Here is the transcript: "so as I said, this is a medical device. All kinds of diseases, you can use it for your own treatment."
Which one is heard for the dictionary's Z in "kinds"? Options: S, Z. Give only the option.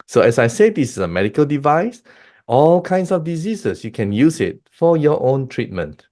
S